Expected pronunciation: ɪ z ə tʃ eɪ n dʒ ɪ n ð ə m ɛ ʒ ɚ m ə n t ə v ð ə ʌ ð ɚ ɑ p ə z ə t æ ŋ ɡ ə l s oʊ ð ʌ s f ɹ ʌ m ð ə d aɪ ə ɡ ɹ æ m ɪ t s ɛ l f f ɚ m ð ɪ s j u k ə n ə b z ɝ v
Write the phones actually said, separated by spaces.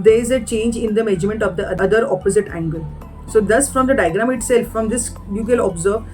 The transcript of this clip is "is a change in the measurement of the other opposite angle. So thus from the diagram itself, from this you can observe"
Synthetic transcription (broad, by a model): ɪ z ə tʃ eɪ n dʒ ɪ n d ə m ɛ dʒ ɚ m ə n t ə v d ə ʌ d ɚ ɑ p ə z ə t æ ŋ ɡ ə l s oʊ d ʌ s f ɹ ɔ m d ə d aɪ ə ɡ ɹ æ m ɪ t s ɛ l f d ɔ m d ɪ s j u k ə l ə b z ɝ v